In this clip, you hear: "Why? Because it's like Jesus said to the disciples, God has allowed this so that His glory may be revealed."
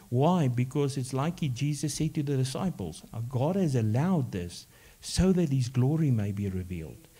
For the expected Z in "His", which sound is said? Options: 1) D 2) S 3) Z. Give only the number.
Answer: 3